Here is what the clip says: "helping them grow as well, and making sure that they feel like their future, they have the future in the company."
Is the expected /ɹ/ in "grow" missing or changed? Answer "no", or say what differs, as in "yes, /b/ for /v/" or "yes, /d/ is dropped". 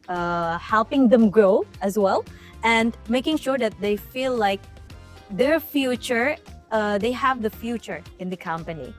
no